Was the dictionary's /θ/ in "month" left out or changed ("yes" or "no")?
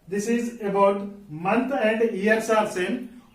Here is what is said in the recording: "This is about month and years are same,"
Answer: yes